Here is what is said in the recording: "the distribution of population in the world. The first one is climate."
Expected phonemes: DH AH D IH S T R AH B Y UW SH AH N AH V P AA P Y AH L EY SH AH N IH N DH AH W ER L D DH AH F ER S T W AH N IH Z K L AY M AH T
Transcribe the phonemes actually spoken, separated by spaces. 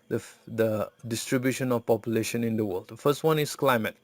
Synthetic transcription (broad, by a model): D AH D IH S T R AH B Y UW SH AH N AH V P AA P Y AH L EY SH AH N IH N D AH W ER L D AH F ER S T W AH N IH S K L AY M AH T